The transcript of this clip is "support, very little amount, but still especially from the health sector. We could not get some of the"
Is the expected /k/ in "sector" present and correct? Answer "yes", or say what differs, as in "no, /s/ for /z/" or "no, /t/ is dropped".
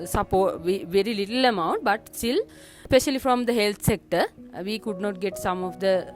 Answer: yes